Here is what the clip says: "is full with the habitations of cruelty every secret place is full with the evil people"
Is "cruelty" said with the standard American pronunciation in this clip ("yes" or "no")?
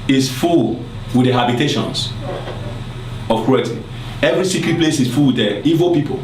no